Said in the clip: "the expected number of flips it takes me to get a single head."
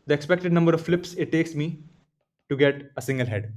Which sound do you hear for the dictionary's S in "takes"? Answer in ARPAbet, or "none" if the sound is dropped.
S